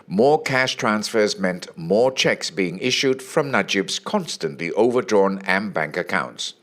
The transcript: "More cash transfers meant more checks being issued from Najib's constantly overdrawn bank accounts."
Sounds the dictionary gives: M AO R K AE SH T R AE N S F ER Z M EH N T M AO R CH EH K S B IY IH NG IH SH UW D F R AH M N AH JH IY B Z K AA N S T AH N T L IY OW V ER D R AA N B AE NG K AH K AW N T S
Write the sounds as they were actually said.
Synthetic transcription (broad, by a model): M AO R K AE SH T R AE N S F ER Z M EH N T M AO R CH EH K S B IY IH NG IH SH UW D F R AH M N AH JH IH B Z K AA N S T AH N T L IY OW V ER D R AA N B AE NG K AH K AW N T S